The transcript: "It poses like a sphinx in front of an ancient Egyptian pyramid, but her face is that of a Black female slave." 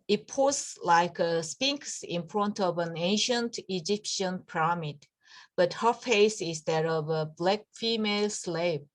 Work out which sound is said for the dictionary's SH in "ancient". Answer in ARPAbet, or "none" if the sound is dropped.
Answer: SH